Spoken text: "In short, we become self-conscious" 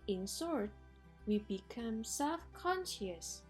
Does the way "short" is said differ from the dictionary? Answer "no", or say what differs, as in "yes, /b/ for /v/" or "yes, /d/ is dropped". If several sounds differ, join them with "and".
yes, /s/ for /ʃ/